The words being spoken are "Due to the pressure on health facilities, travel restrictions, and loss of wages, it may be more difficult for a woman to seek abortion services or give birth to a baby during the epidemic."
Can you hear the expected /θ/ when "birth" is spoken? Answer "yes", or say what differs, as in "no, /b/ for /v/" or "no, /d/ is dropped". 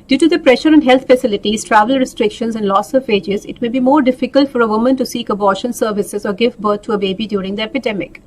no, /t/ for /θ/